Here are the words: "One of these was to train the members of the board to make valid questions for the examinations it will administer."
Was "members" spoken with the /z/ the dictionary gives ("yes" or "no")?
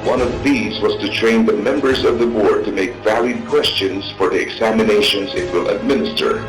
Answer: yes